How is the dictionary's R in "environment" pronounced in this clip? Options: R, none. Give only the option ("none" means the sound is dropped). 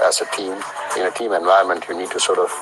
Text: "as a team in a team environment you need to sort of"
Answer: none